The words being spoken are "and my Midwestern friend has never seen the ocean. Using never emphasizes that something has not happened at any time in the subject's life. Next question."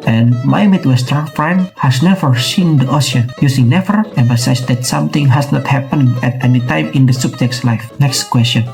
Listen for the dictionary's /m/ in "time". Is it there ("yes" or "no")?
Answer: yes